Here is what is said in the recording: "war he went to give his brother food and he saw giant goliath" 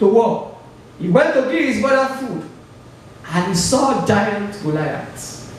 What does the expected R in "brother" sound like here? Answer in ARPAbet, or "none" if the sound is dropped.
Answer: none